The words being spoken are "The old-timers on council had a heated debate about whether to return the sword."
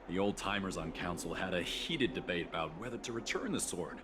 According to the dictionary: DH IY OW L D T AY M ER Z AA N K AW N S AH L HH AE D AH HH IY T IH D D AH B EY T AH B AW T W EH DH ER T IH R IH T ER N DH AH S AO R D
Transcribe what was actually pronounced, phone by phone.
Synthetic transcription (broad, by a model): DH IY OW L D T AY M ER Z N K AW N S L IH D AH HH IY T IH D D AH B EY T AH B AW T W EH DH ER T IH R IH T ER N DH AH S AO R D